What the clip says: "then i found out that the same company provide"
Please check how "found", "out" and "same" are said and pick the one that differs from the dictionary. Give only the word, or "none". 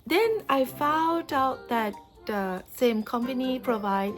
none